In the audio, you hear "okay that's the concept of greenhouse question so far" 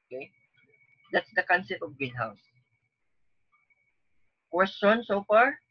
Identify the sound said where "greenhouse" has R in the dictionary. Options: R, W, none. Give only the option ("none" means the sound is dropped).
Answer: none